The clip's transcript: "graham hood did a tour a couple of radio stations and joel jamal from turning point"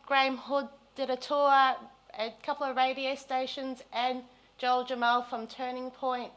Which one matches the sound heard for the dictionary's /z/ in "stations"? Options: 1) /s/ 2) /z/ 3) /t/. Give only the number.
2